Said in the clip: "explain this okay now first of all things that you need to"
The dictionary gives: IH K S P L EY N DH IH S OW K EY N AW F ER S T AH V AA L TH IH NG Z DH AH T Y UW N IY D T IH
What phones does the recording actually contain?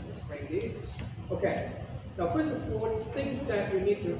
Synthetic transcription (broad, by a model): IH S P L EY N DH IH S OW K EY N AW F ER S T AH P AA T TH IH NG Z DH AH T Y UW N IY D T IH